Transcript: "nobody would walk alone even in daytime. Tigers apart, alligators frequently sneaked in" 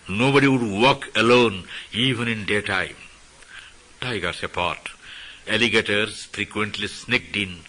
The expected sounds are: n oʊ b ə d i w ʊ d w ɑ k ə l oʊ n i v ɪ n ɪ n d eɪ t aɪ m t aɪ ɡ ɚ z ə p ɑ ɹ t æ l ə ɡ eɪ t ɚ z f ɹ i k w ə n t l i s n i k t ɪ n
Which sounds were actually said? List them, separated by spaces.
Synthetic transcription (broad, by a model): n oʊ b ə d i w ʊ d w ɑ k ə l oʊ n i v ɪ n ɪ n d eɪ t aɪ m t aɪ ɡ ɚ s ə p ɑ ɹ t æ l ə ɡ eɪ t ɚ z f ɹ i k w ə n t l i s n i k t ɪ n